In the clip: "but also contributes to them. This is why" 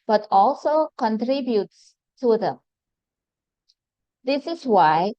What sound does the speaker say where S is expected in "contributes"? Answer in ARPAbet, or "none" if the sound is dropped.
S